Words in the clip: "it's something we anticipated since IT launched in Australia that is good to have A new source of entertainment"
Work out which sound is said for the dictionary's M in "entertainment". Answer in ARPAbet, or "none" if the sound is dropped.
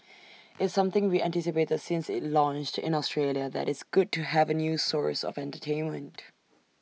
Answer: M